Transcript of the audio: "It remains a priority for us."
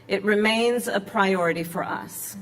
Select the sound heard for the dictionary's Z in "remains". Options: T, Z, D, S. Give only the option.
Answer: Z